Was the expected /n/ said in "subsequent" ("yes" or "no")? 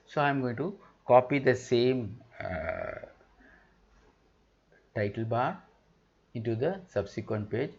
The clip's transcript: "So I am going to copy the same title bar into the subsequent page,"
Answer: yes